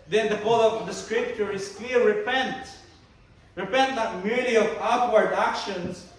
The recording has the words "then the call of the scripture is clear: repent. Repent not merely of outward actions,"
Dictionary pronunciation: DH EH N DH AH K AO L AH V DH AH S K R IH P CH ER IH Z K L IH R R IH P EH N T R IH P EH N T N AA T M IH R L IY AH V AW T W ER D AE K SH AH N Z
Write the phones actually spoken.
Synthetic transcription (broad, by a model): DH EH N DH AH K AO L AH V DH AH S K R IH P CH ER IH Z K L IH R R IH P EH N T R IH P EH N T L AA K M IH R IY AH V AW T W ER D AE K SH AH N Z